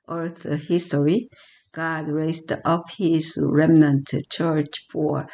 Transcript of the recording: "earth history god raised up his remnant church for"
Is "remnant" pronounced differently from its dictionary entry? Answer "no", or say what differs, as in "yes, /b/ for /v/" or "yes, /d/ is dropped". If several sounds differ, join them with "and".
no